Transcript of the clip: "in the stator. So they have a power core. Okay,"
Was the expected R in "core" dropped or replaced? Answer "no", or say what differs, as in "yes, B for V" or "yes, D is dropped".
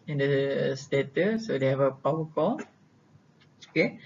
yes, L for R